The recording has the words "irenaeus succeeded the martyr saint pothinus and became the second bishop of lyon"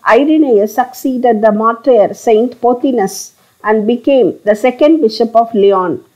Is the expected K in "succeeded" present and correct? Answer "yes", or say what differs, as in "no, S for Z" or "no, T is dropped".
yes